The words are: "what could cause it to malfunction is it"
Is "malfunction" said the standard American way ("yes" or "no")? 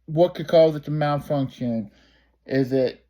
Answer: no